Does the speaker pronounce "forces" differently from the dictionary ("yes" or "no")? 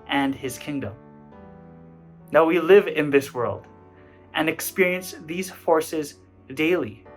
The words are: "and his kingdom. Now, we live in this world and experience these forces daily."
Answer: no